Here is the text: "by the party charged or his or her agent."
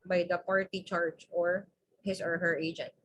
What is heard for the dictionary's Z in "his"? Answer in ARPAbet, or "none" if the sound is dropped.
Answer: S